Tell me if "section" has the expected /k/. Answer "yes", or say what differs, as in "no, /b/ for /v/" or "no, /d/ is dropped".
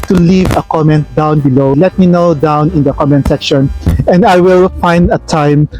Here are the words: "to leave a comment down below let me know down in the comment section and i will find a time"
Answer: yes